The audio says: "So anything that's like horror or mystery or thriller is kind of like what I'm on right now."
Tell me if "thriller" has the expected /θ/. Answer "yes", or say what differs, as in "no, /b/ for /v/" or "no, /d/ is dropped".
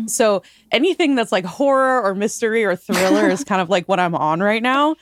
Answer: yes